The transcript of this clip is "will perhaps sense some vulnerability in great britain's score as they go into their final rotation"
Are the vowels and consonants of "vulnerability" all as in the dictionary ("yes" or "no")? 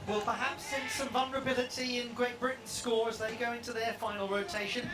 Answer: yes